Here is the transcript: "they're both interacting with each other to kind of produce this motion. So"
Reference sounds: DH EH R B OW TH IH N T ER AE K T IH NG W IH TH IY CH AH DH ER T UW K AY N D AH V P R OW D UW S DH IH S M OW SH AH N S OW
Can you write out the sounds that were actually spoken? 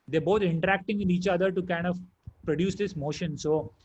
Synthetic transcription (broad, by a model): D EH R B OW T IH N T ER AE K T IH NG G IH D IY CH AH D ER T UW K AY N D AH V P R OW D UW S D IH S M OW SH AH N S OW